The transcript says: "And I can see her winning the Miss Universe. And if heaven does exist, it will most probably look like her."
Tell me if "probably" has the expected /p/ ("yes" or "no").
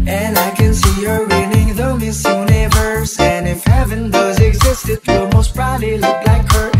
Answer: no